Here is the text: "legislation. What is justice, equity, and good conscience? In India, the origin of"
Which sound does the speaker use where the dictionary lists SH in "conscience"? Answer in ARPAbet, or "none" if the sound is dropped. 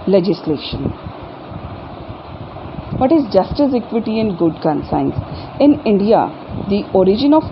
S